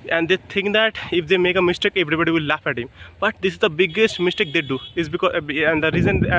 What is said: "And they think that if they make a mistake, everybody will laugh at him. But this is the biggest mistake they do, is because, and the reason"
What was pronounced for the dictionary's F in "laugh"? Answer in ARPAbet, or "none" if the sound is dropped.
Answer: F